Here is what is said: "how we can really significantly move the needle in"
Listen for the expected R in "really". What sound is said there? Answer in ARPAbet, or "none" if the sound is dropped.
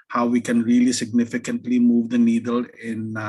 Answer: R